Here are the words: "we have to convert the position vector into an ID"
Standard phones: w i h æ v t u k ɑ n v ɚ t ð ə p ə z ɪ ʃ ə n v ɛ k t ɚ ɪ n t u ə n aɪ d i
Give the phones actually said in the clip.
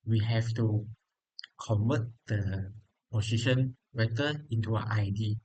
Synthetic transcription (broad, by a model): w i h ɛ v t u k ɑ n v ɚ t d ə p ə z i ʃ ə n w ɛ t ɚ ɪ n t u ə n aɪ d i